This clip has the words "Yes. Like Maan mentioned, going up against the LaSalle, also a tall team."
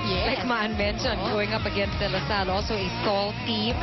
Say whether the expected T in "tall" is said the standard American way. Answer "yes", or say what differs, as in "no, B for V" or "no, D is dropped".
no, S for T